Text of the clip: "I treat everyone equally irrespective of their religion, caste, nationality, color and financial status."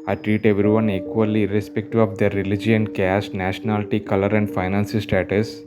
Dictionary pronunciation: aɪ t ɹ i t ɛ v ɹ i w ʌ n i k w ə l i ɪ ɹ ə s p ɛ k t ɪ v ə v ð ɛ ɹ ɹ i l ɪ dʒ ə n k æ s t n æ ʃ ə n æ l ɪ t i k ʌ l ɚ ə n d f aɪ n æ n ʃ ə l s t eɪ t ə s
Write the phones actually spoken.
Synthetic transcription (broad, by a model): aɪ t ɹ i t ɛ v ɹ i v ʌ n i k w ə l i ɹ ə s p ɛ k t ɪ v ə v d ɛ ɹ ɹ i l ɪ dʒ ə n k æ s t n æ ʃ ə n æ l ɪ t i k ʌ l ɚ ə n d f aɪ n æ n s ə s t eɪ t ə s